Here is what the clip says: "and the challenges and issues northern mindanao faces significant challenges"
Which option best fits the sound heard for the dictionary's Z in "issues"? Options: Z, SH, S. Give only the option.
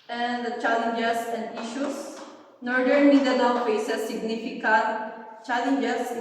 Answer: S